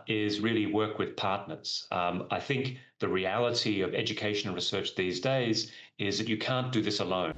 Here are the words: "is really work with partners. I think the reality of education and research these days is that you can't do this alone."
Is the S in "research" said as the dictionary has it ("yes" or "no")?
yes